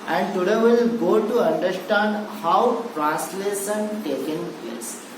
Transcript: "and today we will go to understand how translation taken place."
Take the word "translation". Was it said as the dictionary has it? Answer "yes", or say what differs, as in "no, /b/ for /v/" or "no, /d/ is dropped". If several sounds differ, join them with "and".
no, /n/ is dropped and /s/ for /ʃ/